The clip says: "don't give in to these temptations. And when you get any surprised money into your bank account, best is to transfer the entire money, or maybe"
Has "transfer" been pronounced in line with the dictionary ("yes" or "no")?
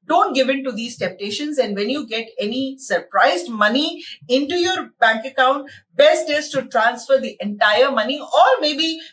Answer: yes